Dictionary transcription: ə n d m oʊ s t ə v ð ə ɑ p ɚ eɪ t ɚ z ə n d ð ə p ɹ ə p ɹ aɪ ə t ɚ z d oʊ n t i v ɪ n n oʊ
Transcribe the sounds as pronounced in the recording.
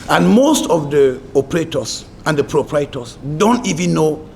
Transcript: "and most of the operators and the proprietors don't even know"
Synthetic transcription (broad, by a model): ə n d m oʊ s t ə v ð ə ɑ p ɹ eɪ t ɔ s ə n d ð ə p ɹ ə p ɹ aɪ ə t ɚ s d oʊ n t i v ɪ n n oʊ